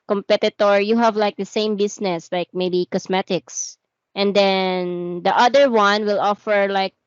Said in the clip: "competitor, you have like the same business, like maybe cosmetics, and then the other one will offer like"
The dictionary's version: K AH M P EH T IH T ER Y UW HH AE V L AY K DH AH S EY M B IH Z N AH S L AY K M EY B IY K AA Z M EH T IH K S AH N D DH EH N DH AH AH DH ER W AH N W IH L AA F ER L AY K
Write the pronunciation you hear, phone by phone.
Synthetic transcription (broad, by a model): K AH M P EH T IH T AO Y UW HH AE V L AY K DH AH S EY M B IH S N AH S L AY K M EY B IY K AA S M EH T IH K S AH N D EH N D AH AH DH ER W AH N W IH L AA F ER L AY K